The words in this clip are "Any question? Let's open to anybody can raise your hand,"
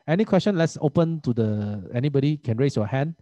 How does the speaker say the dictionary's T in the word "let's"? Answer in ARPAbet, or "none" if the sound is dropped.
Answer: T